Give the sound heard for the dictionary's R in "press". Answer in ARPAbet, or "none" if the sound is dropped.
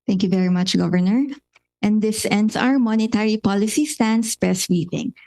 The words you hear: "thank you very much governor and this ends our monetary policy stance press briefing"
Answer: none